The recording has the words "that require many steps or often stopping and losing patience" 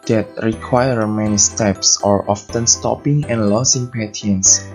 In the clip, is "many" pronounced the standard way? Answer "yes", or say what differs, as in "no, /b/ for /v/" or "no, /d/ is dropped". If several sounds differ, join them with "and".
yes